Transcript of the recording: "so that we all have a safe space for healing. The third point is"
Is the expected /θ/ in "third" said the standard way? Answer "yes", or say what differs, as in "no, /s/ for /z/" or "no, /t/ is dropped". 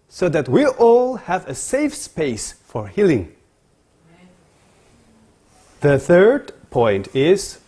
yes